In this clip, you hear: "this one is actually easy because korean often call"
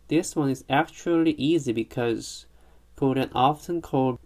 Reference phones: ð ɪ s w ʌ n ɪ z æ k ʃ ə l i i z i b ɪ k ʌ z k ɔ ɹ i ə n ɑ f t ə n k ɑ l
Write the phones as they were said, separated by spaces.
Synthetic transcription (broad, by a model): ð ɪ s w ʌ n ɪ z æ k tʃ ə l i i z i b ɪ k ʌ z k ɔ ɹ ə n ɑ f t ə n k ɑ l